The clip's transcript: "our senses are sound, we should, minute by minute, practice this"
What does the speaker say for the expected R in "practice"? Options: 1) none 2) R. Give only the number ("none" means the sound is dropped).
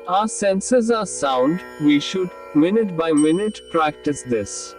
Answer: 2